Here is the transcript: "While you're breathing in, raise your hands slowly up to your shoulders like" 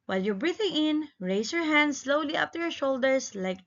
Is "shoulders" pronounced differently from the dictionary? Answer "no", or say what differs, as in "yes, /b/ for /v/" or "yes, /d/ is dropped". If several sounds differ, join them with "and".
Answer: yes, /s/ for /z/